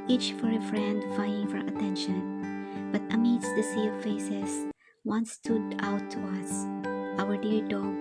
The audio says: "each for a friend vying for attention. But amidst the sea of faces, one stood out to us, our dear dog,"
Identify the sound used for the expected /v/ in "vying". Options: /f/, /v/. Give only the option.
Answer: /f/